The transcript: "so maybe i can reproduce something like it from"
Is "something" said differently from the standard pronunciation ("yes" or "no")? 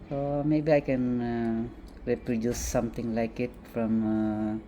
yes